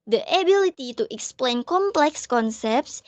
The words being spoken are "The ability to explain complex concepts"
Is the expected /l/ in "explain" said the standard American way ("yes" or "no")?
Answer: yes